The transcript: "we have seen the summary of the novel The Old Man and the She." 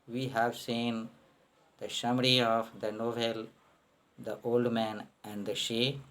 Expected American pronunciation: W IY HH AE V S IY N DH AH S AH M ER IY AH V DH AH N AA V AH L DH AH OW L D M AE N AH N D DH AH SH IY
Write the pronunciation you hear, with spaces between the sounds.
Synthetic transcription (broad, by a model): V IY HH AE V S IY N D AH SH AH M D IY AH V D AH N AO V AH L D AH OW L D M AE N AH N D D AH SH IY